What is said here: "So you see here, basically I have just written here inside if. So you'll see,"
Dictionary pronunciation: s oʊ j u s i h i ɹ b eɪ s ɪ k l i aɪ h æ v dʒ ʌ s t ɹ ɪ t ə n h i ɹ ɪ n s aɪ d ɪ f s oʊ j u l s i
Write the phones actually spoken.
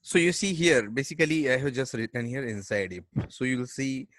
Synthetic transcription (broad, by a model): s oʊ j u s i h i ɹ b eɪ s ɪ k l i aɪ h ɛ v dʒ ʌ s t ɹ ɪ t ə n h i ɹ ɪ n s aɪ d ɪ p s oʊ j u l s i